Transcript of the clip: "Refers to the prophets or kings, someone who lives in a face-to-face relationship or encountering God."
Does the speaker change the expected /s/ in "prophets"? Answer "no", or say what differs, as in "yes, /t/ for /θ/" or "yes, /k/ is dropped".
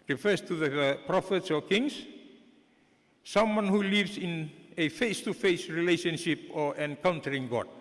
no